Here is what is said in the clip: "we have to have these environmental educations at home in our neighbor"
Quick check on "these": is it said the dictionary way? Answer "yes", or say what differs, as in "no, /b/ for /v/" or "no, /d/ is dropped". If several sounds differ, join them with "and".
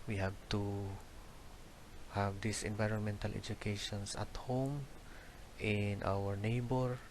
no, /s/ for /z/